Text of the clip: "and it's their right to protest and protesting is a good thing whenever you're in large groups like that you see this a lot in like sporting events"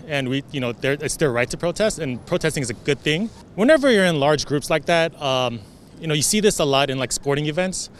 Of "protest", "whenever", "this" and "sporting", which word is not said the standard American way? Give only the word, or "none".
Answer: none